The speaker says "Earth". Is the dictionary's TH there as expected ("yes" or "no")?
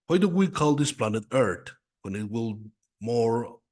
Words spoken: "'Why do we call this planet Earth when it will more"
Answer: no